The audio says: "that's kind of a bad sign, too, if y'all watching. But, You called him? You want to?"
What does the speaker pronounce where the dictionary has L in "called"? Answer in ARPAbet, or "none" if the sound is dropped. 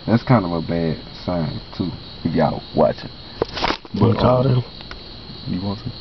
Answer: none